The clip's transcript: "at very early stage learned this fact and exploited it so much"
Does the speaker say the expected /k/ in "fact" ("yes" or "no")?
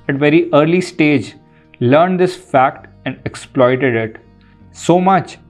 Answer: yes